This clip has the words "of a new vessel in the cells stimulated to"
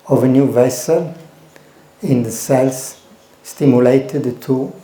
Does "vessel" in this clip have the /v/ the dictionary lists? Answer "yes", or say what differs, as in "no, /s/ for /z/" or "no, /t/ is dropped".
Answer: yes